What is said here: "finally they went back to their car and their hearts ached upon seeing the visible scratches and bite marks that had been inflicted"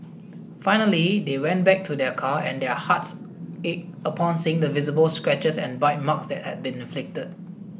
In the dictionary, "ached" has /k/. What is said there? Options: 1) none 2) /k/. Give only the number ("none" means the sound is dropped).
1